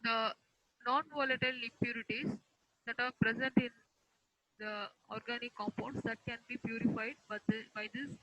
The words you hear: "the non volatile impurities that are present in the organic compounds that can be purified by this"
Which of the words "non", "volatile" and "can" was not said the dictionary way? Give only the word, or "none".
none